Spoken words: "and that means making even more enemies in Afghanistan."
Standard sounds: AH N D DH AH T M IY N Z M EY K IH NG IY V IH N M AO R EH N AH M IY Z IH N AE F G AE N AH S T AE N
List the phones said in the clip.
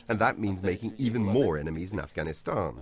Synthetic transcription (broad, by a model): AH N DH AH T M IY N Z M EY K IH NG IY V IH N M AO R EH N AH M IY Z IH N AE F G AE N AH S T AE N